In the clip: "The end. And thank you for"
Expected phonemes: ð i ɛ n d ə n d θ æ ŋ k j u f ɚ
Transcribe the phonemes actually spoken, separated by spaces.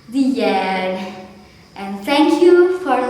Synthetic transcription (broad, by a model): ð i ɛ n ə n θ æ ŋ k j u f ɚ